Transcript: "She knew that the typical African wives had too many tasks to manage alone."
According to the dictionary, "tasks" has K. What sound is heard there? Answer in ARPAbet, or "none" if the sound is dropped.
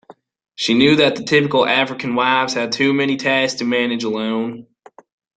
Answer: none